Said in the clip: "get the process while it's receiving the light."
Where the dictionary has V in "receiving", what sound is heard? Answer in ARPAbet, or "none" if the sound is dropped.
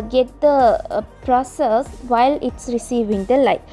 V